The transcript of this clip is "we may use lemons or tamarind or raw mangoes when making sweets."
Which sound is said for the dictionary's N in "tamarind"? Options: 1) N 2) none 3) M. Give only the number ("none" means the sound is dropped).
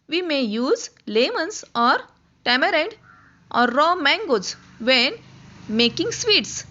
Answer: 2